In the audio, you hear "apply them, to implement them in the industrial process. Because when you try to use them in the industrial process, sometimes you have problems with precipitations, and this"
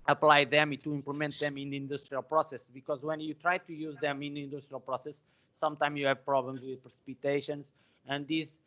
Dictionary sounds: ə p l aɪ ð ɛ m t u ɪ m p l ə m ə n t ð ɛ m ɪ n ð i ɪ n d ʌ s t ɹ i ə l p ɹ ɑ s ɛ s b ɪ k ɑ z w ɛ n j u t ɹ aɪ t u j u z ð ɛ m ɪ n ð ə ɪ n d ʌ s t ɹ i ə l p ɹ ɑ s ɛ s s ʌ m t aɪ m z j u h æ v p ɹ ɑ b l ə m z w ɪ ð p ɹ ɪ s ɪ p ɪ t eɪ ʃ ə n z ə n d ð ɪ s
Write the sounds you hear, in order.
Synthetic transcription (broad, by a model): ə p l aɪ ð ɛ m t u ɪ m p l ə m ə n t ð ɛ m ɪ n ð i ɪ n d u s t ɹ i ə l p ɹ ɑ s ɛ s b ɪ k ɑ z w ɛ n j u t ɹ aɪ t u j u z ð ɛ m ɪ n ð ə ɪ n d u s t ɹ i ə l p ɹ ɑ s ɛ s s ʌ m t aɪ m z j u h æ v p ɹ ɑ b l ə m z w ɪ ð p ɹ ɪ s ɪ p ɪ t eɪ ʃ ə n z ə n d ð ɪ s